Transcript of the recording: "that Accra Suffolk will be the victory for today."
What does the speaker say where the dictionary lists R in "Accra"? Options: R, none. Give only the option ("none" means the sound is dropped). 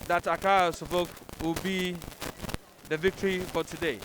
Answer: none